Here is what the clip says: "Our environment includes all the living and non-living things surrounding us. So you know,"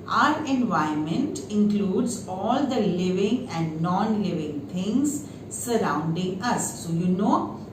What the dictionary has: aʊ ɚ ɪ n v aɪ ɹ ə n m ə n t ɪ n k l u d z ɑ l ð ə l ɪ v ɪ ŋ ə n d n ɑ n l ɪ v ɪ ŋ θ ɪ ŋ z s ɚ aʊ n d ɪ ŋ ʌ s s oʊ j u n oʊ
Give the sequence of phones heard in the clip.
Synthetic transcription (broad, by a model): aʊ ɚ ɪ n v aɪ ə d m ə n t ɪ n k l u d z ɑ l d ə l ɪ v ɪ ŋ ə n d n ɑ n l ɪ v ɪ ŋ t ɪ ŋ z s ɚ aʊ n d ɪ ŋ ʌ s s oʊ j u n oʊ